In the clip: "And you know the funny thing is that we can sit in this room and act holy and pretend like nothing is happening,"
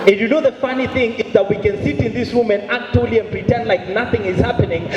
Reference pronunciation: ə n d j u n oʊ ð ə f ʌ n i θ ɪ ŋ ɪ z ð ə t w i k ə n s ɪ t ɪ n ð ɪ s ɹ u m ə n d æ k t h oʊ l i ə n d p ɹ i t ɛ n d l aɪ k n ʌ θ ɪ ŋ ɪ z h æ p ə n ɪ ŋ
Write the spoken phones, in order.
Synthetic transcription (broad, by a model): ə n j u n oʊ ð ə f ʌ n i θ ɪ ŋ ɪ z ð ə t w i k ə n s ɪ t ɪ n ð ɪ s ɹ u m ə n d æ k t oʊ l i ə n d p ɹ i t ɛ n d l aɪ k n ʌ θ ɪ ŋ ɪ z h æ p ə n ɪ ŋ